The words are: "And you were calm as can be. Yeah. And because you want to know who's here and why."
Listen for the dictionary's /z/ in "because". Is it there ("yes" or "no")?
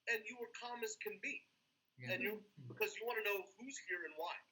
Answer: yes